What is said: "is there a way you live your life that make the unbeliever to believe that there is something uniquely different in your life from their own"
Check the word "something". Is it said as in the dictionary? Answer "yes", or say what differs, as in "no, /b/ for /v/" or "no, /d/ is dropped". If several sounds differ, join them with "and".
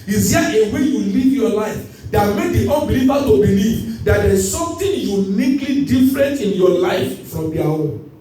no, /t/ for /θ/